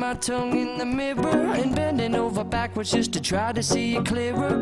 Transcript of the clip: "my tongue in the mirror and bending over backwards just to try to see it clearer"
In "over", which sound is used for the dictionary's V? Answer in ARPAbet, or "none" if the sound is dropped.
V